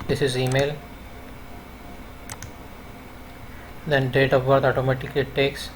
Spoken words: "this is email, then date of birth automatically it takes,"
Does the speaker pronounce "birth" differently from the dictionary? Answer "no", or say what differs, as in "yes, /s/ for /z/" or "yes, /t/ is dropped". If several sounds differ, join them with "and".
yes, /t/ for /θ/